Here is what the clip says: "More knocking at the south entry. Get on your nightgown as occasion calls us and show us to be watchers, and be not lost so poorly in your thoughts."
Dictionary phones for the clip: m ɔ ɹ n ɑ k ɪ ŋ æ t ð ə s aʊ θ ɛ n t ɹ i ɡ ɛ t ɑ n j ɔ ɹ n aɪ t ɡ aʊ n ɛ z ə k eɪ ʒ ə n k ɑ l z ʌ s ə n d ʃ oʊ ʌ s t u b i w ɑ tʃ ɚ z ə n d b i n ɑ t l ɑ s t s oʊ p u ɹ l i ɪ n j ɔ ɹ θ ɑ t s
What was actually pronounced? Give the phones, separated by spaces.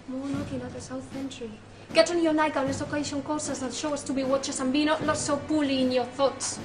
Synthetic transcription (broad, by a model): m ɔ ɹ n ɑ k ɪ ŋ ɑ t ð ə s aʊ θ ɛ n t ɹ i ɡ ɛ t ɑ n j ɔ ɹ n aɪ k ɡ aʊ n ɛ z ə k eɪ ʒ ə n k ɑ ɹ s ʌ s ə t ʃ oʊ ʌ s t u b i w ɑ tʃ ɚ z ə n b i n ɑ t n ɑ t s oʊ p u l i ɪ n j ɔ ɹ θ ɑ t s